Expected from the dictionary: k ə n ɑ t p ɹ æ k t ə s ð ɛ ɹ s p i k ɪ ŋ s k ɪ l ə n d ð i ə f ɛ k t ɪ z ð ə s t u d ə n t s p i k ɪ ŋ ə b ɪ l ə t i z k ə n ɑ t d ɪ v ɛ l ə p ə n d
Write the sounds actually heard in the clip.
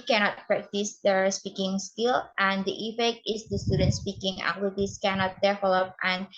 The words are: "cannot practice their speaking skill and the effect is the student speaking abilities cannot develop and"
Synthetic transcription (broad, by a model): k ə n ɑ t p ɹ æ k t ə s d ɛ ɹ s p i k ɪ ŋ s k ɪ l ə n d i ə f ɛ k t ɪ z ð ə s t u d ə n t s p i k ɪ ŋ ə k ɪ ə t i s k ə n ɑ t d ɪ f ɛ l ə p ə n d